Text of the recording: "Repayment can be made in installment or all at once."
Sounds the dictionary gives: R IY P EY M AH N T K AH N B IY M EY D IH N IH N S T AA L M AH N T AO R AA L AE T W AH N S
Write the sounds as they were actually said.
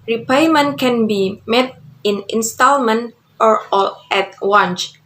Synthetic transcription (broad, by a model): R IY P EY M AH N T K AH N B IY M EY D IH N IH N S T AA L M AH N T AO R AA L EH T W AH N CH